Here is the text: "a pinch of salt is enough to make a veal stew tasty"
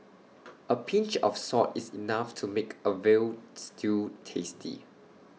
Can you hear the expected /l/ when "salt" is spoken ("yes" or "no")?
no